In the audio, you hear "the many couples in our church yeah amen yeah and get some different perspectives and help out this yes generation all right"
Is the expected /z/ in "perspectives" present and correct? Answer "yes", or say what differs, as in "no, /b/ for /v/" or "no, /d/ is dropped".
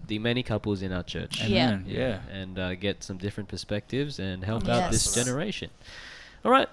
yes